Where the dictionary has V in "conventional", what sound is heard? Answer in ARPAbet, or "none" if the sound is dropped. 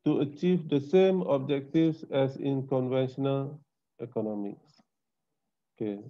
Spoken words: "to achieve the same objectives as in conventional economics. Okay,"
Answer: V